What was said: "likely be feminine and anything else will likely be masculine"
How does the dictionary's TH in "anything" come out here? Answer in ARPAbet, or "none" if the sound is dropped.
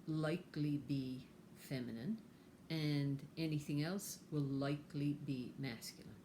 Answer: TH